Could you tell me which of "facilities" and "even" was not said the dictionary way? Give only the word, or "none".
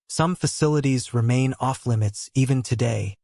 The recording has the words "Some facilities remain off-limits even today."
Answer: none